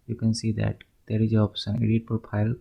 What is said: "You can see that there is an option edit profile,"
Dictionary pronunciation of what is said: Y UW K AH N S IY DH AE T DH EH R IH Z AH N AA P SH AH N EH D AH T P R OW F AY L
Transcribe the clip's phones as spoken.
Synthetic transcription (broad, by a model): Y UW K AH N S IY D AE T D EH R IH Z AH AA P S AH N EH D AH T P R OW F AY L